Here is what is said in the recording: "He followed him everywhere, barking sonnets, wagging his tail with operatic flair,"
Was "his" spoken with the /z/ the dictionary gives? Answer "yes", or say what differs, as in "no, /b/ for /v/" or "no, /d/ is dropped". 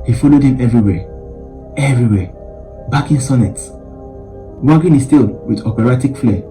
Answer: no, /s/ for /z/